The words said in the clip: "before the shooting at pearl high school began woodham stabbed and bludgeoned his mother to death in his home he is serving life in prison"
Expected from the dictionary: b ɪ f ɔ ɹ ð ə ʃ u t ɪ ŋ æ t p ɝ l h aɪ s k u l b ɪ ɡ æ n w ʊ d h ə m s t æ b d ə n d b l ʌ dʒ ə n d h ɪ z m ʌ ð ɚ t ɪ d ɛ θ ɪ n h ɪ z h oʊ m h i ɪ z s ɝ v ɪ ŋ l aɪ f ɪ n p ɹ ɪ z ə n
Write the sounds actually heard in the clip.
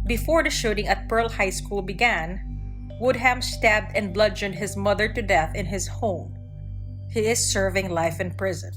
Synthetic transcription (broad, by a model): b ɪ f ɔ ɹ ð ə ʃ u t ɪ ŋ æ t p ɝ l h aɪ s k u l b ɪ ɡ æ n w ʊ d h ə m s t æ b d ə n b l ʌ dʒ ə n d h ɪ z m ʌ ð ɚ t ɪ d ɛ θ ɪ n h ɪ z h oʊ m h i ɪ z s ɝ v ɪ ŋ l aɪ f ɪ n p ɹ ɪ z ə n